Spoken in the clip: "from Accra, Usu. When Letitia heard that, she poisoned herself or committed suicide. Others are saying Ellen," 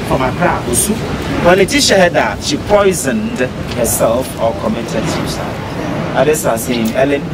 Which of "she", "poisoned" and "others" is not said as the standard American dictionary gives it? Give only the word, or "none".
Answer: others